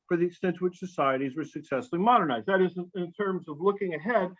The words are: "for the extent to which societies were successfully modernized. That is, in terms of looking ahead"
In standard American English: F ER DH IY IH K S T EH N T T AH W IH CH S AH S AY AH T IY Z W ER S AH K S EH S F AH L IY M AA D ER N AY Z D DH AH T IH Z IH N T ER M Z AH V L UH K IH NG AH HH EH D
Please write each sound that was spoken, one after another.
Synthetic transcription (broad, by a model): F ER DH IY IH K S T EH N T T AH W IH CH S AH S AY AH T IY Z W ER S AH K S EH S F L IY M AA D ER N AY Z D DH AH T IH Z IH N T ER M Z AH V L UH K IH NG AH HH EH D